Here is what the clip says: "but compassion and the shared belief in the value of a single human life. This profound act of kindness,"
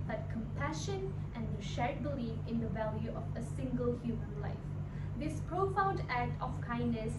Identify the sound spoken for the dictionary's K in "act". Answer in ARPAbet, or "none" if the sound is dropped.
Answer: K